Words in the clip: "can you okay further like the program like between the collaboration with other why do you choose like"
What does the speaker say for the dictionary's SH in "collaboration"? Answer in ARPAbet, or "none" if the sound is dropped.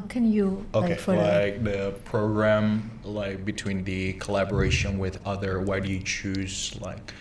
SH